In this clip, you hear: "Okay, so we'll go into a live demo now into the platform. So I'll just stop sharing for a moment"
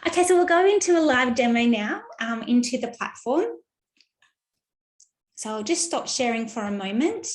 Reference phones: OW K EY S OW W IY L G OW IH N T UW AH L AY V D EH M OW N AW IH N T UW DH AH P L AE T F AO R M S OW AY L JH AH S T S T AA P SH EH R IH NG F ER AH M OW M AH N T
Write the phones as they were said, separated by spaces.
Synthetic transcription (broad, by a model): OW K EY S OW W IY L G OW IH N T UW AH L AY V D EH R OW N AW IH N T UW DH AH P L AE T F AO R M S OW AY L JH AH S T S T AA P SH EH R IH NG F ER AH M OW M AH N T